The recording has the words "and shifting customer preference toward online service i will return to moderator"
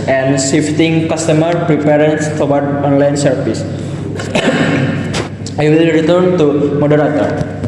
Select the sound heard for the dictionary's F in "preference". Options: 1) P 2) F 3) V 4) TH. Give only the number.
1